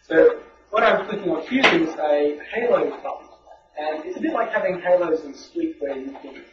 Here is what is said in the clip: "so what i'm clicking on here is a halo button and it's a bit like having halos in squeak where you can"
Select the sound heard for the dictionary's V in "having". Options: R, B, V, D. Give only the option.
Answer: V